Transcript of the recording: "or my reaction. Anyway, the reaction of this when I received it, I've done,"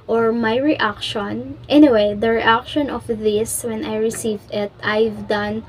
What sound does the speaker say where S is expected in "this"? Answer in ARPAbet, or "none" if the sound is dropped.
S